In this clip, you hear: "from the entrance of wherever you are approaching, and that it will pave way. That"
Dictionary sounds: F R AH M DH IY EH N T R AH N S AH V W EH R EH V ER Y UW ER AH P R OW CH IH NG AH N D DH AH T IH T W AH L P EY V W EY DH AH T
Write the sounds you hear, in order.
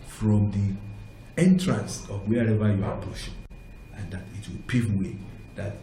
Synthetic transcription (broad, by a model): F R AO M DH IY EH N T R AH N S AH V W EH R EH V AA Y UW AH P OW SH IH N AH N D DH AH T IH T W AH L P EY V W EY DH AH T